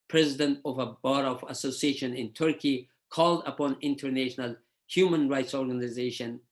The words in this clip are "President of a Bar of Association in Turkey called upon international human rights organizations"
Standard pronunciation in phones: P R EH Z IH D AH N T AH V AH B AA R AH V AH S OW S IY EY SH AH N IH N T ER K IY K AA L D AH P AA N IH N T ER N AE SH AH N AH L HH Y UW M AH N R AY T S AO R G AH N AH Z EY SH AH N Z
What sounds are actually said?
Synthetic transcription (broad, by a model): P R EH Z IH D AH N T AH V AH B AA R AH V AH S OW S IY EY SH AH N IH N T ER K IY K AA L D AH P AA N IH N T ER N AE SH AH N AH L HH Y UW M AH N R AY T S AO R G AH N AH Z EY SH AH N